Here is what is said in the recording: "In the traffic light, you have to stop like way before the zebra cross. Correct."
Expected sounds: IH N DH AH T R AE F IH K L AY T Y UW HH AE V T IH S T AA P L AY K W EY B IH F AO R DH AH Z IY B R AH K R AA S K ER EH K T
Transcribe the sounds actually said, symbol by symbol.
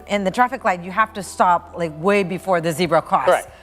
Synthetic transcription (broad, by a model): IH N DH AH T R AE F IH K L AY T Y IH HH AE F T IH S T AA P L AY K W EY B IH F AO R DH AH Z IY B R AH K AA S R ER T